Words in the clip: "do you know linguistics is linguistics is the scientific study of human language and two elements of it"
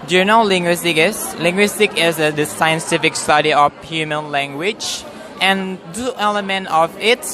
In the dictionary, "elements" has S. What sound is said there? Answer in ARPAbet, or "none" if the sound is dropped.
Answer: none